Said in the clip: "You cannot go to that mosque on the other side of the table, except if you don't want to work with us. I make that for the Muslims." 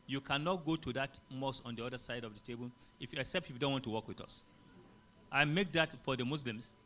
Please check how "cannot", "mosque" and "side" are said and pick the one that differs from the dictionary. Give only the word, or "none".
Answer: mosque